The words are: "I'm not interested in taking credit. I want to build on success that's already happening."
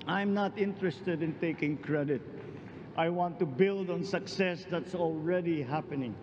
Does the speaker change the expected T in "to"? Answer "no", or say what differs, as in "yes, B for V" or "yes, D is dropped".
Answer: no